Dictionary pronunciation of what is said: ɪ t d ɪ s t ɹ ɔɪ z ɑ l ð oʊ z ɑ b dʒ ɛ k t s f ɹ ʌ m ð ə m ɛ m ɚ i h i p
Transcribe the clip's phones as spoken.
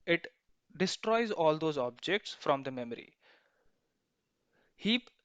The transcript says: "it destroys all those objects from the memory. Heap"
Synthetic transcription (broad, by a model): ɪ t d ɪ s t ɹ ɔɪ z ɑ l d oʊ z ɑ b dʒ ɛ k t s f ɹ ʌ m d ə m ɛ m ɚ i h i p